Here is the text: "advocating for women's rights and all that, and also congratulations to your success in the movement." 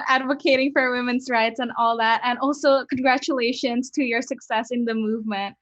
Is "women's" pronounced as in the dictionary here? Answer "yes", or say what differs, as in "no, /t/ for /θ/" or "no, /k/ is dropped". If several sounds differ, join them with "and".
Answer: yes